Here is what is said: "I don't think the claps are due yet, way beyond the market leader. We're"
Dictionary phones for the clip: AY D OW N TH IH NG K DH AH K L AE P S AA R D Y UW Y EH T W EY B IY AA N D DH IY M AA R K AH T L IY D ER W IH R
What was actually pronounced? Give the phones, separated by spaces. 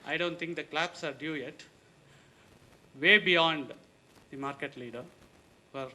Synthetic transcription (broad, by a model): AY D OW N T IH NG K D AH K L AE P S AA R D Y UW Y EH T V EY B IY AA N D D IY M AA R K AH T L IY D ER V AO R